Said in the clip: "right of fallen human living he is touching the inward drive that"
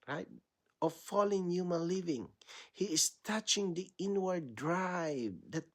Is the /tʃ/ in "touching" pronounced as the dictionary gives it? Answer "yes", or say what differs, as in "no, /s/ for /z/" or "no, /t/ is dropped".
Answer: yes